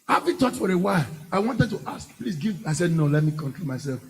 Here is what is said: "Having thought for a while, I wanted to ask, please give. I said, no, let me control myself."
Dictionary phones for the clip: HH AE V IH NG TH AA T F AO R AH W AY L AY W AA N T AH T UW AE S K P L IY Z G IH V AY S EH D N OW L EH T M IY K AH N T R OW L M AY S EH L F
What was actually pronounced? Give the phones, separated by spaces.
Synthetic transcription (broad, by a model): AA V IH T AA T F AO R AH W AY L AY W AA N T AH T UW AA S K P L IY S G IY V AY S EH D N OW L EH T M IY K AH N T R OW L M AY S EH L F